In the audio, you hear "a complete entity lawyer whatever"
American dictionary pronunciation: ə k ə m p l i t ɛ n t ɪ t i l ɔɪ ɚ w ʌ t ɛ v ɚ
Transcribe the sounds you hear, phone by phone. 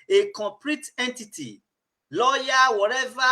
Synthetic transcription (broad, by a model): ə k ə p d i t ɛ n t ɪ t i l ɔɪ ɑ w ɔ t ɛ v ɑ